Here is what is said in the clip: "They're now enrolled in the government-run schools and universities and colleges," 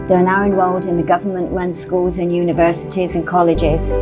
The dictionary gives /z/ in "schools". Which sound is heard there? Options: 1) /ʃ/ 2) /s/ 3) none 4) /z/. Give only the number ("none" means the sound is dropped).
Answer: 4